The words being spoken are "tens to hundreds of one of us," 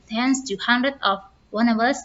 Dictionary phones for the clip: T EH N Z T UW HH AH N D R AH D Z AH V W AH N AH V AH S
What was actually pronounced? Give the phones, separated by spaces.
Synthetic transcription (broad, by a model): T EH N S T UW HH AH N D R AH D AH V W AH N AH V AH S